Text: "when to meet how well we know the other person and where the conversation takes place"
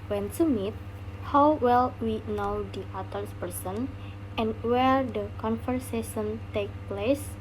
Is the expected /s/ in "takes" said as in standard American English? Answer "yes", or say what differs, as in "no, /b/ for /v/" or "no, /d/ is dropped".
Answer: no, /s/ is dropped